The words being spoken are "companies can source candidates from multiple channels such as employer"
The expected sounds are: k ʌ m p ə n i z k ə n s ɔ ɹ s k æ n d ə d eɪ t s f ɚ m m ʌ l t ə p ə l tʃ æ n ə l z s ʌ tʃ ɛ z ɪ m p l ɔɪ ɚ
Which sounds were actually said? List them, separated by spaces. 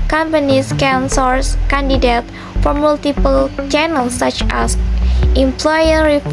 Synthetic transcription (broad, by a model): k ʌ m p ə n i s k ə n s ɔ ɹ s k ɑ n d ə d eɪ t f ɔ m m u l t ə p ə l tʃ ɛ n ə l s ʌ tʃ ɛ s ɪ m p l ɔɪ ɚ